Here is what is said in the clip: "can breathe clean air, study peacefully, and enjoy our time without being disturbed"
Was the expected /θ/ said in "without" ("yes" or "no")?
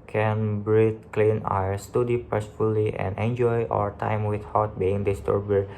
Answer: no